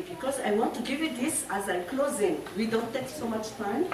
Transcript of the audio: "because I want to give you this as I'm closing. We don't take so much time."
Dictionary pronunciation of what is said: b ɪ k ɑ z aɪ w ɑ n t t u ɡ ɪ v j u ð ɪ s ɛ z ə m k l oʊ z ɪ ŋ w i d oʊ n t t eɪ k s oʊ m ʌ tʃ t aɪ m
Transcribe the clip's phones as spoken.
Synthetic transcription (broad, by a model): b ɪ k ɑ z aɪ w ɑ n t t u ɡ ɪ v j u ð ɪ s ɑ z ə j k l oʊ z ɪ ŋ w i d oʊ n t t eɪ k s oʊ m ʌ tʃ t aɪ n